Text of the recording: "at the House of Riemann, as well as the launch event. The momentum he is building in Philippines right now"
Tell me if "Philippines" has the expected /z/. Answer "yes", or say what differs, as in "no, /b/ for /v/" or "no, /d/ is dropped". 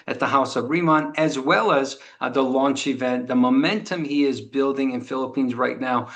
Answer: yes